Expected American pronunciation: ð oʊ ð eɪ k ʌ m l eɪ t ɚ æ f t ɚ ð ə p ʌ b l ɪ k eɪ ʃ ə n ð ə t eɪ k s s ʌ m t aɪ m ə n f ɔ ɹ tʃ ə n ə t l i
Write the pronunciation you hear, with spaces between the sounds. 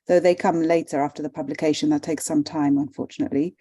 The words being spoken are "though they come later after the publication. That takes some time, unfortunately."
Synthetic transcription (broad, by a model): ð oʊ ð eɪ k ʌ m l eɪ t ɚ æ f t ɚ ð ə p ʌ b l ɪ k eɪ ʃ ə n ð ə t eɪ k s s ʌ m t aɪ m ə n f ɔ ɹ tʃ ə n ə t l i